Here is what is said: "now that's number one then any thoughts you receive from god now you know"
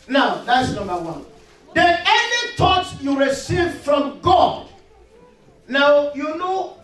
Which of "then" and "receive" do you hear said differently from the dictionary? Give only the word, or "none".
then